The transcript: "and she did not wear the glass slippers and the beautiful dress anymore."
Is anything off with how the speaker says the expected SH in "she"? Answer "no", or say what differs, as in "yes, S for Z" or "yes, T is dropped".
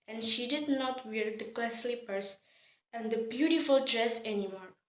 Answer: no